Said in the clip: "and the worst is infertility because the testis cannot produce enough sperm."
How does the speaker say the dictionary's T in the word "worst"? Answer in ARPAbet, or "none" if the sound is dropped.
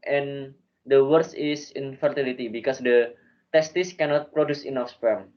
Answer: none